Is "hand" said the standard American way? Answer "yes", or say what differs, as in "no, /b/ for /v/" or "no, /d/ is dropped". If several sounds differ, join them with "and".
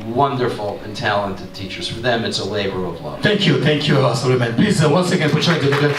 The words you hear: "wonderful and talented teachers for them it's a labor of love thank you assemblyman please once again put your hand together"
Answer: no, /n/ is dropped